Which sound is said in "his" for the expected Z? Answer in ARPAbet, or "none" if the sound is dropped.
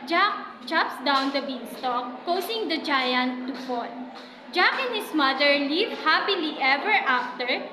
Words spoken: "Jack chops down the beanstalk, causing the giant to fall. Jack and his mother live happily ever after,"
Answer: S